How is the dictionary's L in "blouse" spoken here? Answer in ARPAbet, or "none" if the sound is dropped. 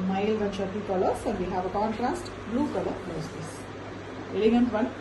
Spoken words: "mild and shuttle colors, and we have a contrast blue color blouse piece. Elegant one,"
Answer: none